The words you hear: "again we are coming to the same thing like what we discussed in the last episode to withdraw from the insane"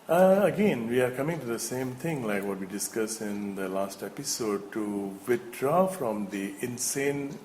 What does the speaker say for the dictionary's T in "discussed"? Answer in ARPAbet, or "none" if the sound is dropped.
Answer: none